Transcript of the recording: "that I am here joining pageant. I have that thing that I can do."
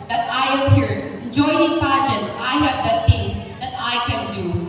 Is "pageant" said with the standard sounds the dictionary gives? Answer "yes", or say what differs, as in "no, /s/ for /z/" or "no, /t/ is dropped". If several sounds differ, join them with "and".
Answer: no, /n/ is dropped